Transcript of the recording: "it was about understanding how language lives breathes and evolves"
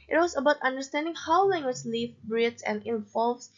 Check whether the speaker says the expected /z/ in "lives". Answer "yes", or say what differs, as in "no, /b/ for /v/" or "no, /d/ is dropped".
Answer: no, /z/ is dropped